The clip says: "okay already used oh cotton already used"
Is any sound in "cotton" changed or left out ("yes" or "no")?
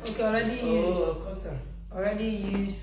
yes